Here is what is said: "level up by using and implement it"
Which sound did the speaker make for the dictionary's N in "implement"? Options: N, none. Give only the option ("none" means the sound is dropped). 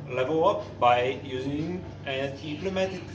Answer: none